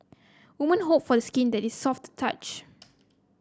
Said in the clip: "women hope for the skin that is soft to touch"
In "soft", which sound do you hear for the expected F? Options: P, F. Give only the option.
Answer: F